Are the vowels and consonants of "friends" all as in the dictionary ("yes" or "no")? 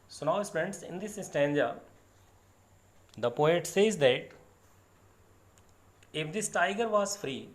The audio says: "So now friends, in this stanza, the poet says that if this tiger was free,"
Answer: no